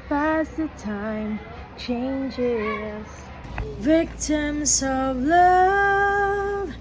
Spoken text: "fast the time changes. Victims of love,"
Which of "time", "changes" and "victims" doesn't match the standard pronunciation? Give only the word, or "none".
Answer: none